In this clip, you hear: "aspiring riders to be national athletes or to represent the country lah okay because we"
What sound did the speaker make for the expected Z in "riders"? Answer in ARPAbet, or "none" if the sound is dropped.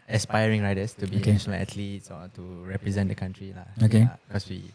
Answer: S